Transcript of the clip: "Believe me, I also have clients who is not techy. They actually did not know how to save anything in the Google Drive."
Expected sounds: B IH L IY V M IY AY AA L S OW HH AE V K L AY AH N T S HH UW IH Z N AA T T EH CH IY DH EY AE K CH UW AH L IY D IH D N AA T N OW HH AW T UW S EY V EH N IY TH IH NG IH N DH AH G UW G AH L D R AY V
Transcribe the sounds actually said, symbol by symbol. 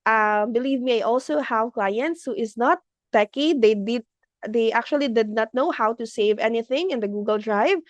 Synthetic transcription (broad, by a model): B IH L IY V M IY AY AA L S OW HH AE V K L AY AH N T S HH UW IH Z N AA T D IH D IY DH EY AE K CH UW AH L IY D IH D N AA T N OW HH AW T UW S EY V EH N IY TH IH NG IH N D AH G UW G AH L D R AY V